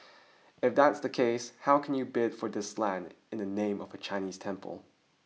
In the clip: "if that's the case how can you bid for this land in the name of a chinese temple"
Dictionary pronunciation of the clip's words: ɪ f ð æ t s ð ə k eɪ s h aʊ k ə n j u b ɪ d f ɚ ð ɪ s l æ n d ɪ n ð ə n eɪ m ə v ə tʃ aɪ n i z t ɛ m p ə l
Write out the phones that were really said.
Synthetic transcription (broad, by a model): ɪ f ð æ t s ð ə k eɪ s h aʊ k n j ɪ b ɪ d f ɚ ð ɪ s l æ n d ɪ n ð ə n eɪ m ə v ə tʃ aɪ n i z t ɛ m p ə l